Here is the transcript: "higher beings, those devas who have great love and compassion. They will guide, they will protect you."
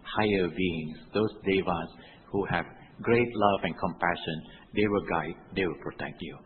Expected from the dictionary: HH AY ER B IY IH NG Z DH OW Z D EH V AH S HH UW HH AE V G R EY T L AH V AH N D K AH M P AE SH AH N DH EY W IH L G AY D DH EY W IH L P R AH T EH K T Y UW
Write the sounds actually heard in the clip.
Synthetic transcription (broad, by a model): HH AY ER B IY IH NG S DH OW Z D EH V AH S HH UW HH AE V G R EY T L AH V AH N K AH M P AE SH AH N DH EY W IH L G AY D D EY W IH L P R AH T EH K T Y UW